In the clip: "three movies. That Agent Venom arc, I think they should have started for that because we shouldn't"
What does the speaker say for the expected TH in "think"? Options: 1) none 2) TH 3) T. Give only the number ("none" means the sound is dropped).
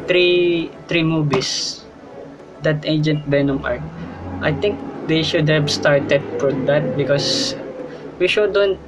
3